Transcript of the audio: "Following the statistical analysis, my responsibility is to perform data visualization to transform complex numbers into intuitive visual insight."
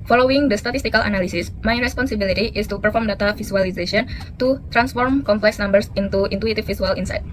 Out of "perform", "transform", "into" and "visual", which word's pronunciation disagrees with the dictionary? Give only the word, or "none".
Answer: visual